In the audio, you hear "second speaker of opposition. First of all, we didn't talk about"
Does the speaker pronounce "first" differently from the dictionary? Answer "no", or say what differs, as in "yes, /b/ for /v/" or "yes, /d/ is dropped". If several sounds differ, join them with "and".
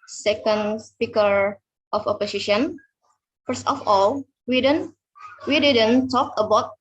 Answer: no